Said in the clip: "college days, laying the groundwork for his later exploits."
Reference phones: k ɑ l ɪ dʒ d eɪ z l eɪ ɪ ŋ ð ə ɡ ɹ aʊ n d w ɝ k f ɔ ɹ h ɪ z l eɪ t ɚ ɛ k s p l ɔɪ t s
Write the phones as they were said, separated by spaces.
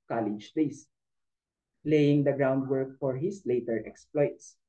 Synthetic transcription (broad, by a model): k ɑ l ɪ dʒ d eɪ s l eɪ ɪ ŋ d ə ɡ ɹ aʊ n d w ɝ k f ɔ ɹ h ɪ s l eɪ t ɚ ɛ k s p l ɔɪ t s